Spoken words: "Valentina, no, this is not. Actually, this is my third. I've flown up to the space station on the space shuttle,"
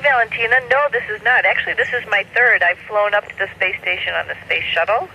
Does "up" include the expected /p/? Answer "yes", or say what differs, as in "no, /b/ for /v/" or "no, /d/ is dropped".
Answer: yes